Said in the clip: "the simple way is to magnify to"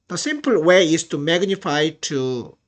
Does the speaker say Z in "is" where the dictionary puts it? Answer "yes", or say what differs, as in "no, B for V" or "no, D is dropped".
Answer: no, S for Z